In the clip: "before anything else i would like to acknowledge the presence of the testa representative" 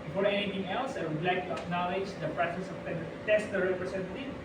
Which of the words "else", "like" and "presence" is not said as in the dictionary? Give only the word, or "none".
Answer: presence